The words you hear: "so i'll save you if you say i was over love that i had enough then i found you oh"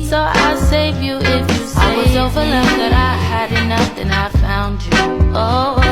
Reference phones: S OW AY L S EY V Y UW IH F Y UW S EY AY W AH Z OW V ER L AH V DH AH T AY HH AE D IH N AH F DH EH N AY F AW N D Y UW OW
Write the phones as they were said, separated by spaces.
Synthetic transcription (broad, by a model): S OW AY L S EY V Y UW IH F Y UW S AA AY W AH Z OW V ER L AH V DH AH T AY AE D IH N AH F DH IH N AY F AW N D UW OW